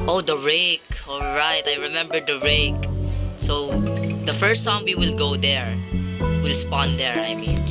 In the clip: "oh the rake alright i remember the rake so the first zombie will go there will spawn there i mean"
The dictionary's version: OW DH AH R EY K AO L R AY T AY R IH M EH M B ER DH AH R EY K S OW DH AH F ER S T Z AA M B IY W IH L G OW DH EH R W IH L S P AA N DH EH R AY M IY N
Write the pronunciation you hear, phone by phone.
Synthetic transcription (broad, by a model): OW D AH R EY K AO L R AY T AY R IH M EH M B ER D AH R EY K S OW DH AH F ER S T S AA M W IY W IH L G OW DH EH R W IH L S P AA N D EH R AY M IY N